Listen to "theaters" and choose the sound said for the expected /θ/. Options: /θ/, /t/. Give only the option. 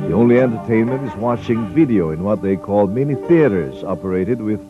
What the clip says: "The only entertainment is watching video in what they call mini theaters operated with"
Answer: /θ/